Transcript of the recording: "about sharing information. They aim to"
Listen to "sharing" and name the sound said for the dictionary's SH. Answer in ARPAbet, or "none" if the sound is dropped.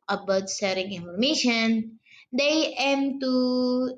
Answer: S